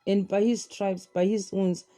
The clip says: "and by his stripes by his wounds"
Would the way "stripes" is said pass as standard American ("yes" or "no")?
no